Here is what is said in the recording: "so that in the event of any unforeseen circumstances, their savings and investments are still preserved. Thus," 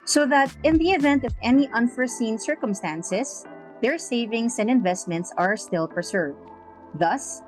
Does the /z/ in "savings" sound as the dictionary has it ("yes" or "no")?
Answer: no